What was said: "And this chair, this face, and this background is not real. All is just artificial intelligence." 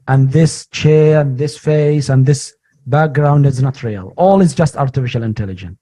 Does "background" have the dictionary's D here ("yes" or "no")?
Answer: yes